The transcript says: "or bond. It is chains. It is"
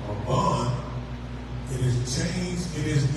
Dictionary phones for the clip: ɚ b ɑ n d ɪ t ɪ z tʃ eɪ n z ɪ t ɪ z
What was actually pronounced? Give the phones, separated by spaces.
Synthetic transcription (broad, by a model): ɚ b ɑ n ɪ t ɪ z tʃ eɪ n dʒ ɪ t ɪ z